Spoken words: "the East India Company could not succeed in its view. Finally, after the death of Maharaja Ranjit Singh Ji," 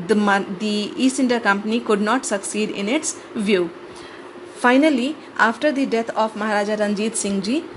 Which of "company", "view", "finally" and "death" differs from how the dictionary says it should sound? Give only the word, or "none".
death